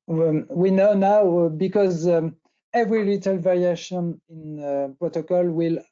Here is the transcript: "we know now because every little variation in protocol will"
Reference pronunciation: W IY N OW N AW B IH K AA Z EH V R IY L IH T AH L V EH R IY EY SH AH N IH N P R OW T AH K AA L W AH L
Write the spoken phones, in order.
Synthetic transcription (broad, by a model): W IY N OW N AW B IH K AA Z EH V R IY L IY T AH L V EH R IY EY SH AH N IH N P R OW T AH K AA L W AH L